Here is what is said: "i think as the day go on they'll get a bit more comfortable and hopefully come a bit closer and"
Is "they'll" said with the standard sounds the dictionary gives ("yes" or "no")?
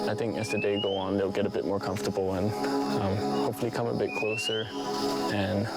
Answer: yes